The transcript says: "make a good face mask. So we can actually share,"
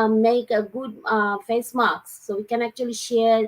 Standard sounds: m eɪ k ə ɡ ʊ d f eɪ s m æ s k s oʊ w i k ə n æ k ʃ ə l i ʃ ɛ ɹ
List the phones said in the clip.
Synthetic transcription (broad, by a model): m eɪ k ə ɡ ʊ d f eɪ s m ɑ k s oʊ w i k ə n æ k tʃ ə l i ʃ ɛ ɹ